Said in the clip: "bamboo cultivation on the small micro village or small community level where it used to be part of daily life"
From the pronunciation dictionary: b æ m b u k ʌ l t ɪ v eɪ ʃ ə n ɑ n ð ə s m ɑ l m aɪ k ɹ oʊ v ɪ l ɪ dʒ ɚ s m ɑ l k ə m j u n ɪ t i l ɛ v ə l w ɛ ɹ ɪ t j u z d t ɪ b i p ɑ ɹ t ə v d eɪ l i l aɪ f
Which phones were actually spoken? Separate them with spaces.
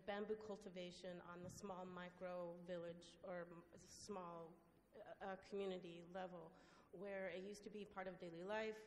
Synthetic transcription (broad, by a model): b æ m b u k ʌ l t ɪ v eɪ ʃ ə n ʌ n ð ə s m ɑ l m aɪ k ɹ oʊ v ɪ l ɪ dʒ ɚ s m ɑ l k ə m j u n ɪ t i l ɛ v l w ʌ ɹ ɪ t j u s t ɪ b i p ɑ ɹ t ə v d eɪ l i l aɪ f